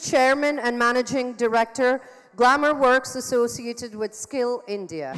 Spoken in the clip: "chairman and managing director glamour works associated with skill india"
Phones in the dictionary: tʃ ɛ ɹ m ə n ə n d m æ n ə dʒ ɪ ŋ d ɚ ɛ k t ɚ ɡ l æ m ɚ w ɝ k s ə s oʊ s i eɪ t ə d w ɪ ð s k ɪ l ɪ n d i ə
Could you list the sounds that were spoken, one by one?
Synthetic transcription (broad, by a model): tʃ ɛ ɹ m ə n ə n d m æ n ə dʒ ɪ ŋ d ɚ ɛ k t ɚ ɡ l æ m ɚ w ɝ k s ə s oʊ s i eɪ t ə d w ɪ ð s k ɪ l ɪ n d i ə